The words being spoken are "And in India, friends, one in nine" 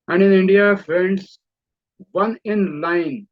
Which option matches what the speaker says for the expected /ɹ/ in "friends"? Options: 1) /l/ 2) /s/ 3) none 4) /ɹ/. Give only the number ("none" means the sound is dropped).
3